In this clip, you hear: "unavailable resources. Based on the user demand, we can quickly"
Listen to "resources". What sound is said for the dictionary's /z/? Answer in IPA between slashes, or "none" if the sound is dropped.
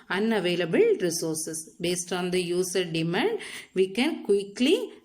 /s/